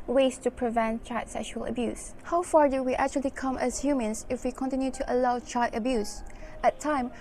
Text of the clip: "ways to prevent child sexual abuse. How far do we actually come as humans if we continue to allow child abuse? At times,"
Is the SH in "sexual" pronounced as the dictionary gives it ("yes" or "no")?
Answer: yes